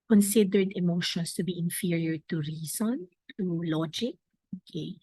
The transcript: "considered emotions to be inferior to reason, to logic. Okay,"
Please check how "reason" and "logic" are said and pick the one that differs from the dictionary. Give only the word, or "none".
reason